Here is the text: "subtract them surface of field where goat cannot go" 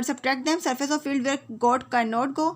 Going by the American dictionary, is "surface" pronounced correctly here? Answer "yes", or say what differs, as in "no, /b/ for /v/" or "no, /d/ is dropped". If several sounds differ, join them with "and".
yes